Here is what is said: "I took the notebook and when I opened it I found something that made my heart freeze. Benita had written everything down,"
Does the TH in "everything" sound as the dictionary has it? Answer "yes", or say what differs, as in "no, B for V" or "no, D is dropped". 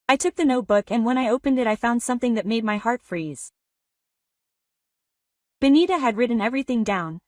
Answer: yes